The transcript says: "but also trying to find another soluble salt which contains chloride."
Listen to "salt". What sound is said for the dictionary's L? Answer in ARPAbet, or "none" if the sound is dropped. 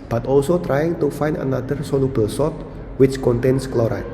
none